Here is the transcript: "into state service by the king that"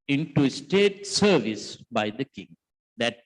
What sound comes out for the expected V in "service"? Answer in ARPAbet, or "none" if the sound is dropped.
V